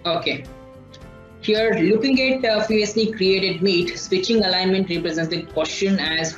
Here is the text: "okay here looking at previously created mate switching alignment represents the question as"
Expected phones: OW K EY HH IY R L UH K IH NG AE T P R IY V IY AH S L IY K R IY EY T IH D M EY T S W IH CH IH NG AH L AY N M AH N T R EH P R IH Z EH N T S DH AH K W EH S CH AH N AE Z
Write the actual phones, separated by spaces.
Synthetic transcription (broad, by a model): OW K EY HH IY R L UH K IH NG AE T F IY IY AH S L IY K R IY EY T IH D M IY T S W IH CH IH NG AH L AY N M AH N T R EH P R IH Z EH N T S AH K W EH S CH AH N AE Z